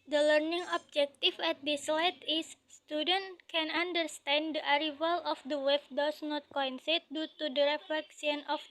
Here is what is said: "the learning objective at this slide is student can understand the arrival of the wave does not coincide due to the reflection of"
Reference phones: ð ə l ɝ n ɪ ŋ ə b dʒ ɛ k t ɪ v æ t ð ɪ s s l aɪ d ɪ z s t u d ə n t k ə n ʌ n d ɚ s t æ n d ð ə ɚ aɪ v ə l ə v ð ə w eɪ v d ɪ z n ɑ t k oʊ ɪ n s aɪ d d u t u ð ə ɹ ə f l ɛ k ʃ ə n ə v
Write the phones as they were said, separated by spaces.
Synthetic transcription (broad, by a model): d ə l ɝ n ɪ ŋ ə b dʒ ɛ k t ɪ f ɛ t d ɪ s s l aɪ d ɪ s t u d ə n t k ə n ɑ n d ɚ s t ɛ n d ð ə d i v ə l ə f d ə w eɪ f d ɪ s n ɑ t k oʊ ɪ n s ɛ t d u t u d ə ɹ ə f l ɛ k s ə n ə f